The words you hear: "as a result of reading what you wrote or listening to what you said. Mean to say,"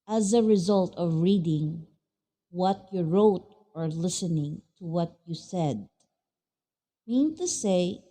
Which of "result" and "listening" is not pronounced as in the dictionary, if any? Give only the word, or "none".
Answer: none